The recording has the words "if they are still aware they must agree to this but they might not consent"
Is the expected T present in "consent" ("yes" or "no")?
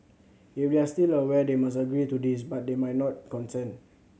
no